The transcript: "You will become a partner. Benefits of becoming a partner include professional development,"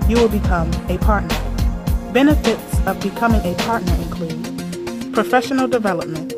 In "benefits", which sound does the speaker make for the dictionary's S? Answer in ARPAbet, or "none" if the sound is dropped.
S